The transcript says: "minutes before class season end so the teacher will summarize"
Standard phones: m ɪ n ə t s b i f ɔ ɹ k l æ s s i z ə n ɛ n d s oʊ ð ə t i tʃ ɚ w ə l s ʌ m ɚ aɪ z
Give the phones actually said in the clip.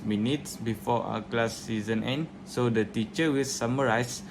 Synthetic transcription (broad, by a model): m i n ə t s b i f ɔ w k l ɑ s s i z ə n ɛ n d s oʊ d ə t i tʃ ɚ w ə l s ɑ m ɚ aɪ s